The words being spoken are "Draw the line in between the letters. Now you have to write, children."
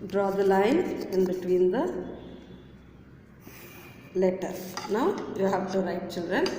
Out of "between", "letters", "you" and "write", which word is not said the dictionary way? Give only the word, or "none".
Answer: letters